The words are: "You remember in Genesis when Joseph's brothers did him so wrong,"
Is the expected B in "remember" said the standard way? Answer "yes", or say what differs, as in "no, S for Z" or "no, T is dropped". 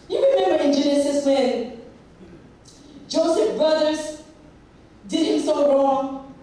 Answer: no, B is dropped